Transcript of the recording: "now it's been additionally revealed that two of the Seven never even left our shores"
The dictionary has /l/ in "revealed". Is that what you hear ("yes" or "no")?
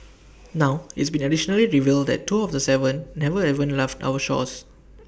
yes